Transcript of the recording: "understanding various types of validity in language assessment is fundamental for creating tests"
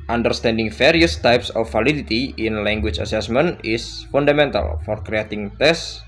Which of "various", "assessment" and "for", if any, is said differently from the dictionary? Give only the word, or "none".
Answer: various